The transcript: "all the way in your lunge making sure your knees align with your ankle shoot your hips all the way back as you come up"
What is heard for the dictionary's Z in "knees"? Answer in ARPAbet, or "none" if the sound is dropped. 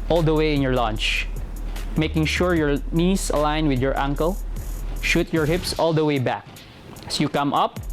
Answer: S